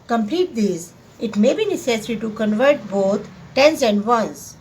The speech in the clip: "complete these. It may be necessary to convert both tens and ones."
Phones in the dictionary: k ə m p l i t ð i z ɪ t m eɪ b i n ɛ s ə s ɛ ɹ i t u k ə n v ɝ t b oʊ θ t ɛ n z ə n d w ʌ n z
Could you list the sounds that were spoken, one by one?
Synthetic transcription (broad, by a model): k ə m p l i t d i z ɪ t m eɪ b i n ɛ s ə s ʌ ɹ i t u k ə n v ɝ t b oʊ t t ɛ n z ə n d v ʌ n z